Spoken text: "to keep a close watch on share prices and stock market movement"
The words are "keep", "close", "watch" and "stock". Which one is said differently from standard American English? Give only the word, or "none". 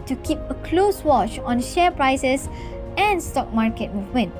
none